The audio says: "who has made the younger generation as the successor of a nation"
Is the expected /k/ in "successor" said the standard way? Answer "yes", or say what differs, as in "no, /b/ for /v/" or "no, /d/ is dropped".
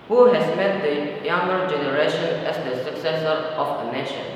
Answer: yes